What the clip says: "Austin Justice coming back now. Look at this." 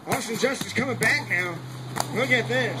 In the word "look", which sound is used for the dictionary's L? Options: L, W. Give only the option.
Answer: W